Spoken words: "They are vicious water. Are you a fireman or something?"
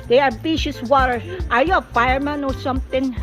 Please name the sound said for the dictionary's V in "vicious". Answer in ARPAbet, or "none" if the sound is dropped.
B